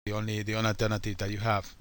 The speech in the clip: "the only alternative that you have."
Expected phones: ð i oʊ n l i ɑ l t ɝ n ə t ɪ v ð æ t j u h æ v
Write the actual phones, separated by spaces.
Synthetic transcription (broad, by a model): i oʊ n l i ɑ n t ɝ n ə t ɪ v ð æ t j u h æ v